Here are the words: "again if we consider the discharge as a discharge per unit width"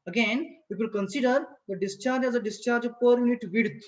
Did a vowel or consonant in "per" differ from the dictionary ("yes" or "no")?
no